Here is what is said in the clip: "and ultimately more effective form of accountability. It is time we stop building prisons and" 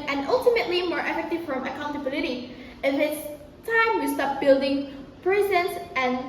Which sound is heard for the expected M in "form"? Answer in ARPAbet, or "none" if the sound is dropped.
none